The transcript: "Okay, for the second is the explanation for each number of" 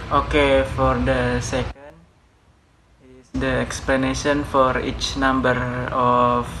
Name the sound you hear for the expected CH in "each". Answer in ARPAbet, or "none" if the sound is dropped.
CH